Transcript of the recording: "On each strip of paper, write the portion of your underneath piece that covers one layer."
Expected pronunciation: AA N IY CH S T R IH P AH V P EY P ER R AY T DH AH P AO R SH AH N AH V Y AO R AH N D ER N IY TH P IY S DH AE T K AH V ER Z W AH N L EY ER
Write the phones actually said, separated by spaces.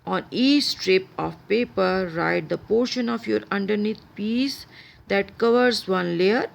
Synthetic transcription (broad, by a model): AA N IY CH S T R IH P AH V P EY P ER R AY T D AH P AO R SH AH N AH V Y AO R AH N D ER N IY T P IY S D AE T K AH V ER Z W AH N L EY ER